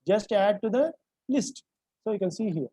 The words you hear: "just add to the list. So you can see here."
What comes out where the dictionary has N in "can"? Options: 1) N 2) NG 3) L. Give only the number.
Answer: 1